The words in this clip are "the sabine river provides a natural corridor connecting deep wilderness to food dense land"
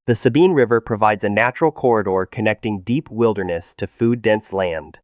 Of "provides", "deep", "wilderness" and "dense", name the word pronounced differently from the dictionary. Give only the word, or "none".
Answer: none